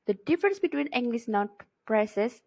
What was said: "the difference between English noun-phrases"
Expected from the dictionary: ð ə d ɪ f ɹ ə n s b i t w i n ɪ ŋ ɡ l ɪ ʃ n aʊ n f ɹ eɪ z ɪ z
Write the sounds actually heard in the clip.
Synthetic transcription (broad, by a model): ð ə d ɪ f ɹ ə n s b i t w i n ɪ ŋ ɡ l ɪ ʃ n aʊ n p ɹ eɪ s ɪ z